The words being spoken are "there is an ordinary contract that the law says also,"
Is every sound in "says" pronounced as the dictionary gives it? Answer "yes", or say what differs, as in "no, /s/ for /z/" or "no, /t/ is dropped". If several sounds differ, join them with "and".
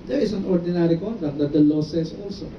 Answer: no, /s/ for /z/